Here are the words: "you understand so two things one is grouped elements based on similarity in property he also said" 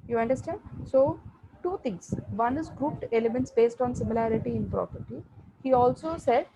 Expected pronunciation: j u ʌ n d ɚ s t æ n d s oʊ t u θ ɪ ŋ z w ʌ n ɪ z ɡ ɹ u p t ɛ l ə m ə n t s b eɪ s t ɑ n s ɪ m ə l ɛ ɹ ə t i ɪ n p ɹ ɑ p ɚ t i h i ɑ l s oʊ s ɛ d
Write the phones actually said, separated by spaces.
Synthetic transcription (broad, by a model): j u ʌ n d ɚ s t æ n d s oʊ t u t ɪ ŋ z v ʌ n ɪ z ɡ ɹ u p t ɛ l ə m ə n t s b eɪ s t ɑ n s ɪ m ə l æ ɹ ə t i ɪ n p ɹ ɑ p ɚ t i h i ɑ l s oʊ s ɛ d